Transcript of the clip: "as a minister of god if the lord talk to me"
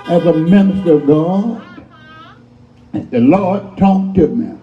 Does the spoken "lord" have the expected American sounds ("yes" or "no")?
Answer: yes